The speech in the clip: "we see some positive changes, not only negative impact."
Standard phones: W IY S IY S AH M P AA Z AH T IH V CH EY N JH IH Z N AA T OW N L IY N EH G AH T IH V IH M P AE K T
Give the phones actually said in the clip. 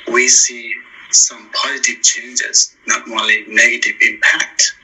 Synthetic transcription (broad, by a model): W IY S IY S AH M P AA Z AH T IH V CH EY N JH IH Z N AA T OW L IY N EH G AH T IH V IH M P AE K T